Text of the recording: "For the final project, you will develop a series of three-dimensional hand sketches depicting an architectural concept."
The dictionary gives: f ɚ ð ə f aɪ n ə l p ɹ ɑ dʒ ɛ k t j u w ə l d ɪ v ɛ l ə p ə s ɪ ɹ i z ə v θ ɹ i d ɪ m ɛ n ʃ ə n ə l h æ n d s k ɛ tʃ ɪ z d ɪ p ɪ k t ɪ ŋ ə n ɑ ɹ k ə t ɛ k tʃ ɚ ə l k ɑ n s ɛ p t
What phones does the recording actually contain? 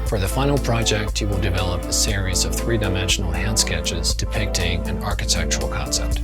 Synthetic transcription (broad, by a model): f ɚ ð ə f aɪ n l p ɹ ɑ dʒ ɛ k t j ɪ w ə l d ɪ v ɛ l ə p ə s ɪ ɹ i z ə v θ ɹ i d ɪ m ɛ n ʃ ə n l h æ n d s k ɛ tʃ ɪ z d ɪ p ɪ k t ɪ ŋ ə n ɑ ɹ k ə t ɛ k tʃ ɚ l k ɑ n s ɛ p t